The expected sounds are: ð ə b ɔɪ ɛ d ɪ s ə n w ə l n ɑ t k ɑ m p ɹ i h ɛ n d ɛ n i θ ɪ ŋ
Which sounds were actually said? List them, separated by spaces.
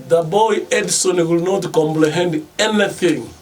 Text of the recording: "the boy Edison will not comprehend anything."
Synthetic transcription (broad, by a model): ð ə b ɔɪ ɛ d s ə n w ə l n ɑ t k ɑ m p l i h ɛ n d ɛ n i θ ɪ ŋ